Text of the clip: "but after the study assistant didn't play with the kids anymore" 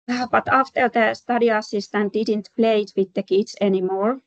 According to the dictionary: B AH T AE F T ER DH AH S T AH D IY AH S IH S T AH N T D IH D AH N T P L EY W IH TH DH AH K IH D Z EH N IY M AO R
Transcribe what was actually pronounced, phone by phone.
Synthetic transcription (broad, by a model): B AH T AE F T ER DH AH S T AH D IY AH S IH S T AH N T D IH D AH N T P L EY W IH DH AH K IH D S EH N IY M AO R